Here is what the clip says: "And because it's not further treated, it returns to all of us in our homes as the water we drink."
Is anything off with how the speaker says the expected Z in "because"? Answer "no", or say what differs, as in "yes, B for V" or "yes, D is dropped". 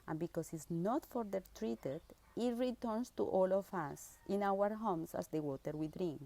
yes, S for Z